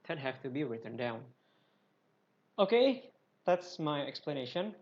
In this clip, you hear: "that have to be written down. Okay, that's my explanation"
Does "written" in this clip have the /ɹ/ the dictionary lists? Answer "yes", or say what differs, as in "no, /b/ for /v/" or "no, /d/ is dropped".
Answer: yes